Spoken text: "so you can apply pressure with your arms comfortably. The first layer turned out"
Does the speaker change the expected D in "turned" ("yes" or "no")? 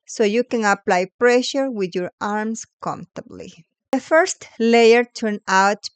yes